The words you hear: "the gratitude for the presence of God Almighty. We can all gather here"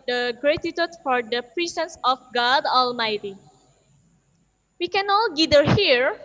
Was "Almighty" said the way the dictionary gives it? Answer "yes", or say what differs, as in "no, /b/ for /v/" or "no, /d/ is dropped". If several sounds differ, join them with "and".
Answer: yes